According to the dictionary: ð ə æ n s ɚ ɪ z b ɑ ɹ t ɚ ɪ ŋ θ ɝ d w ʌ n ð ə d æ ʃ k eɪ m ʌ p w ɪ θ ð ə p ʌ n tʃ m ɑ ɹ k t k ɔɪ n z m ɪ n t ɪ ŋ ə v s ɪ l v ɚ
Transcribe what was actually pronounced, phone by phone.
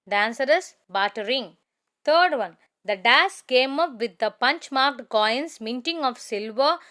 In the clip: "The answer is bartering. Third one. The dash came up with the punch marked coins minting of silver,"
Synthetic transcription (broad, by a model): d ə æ n s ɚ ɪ s b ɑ t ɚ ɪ ŋ t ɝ d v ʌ n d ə d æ s k eɪ m ʌ p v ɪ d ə p ʌ n tʃ m ɑ ɹ k t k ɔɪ n s m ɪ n t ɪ ŋ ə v s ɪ l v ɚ